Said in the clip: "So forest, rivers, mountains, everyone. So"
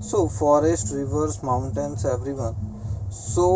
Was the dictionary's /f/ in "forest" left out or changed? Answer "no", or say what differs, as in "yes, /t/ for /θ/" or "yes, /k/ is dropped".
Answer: no